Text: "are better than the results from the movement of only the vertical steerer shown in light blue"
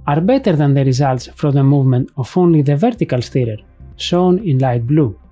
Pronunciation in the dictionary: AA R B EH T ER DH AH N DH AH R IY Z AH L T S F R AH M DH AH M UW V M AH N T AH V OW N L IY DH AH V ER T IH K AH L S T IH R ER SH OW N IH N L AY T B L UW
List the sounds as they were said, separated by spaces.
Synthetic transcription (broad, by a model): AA R B EH T ER DH AH N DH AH R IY Z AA L T S F R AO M DH AH M UW V M AH N T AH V OW N L IY DH AH V ER T IH K AH L S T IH R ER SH OW N IH N L AY T B L UW